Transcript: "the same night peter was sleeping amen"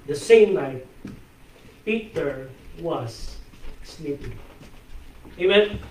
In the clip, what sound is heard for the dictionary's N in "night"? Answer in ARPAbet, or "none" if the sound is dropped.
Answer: L